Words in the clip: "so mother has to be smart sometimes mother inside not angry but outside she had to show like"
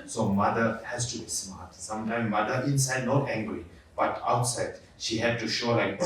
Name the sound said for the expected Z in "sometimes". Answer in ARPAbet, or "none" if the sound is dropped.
none